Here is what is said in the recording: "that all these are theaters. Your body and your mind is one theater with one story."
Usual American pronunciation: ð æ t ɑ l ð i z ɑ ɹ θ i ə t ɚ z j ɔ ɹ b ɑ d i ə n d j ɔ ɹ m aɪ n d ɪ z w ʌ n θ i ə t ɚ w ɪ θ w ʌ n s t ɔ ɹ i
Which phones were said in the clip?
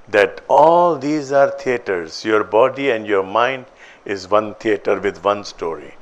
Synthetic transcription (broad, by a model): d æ t ɑ l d i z ɑ ɹ t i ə t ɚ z j ɔ ɹ b ɑ d i ə n d j ɔ ɹ m aɪ n d ɪ z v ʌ n t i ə t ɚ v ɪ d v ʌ n s t ɔ ɹ i